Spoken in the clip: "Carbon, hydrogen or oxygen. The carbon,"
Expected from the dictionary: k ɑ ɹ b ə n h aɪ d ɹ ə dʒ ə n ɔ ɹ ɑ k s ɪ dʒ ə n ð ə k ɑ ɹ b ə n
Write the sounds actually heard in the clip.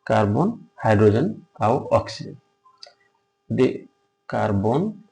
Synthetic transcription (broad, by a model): k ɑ ɹ b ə n h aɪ d ɹ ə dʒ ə n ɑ w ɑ k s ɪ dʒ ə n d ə k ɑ ɹ b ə n